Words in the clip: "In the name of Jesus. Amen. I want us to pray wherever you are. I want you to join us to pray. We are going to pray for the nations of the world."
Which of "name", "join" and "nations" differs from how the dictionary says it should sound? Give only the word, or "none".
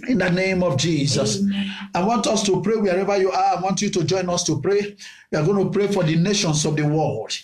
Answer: nations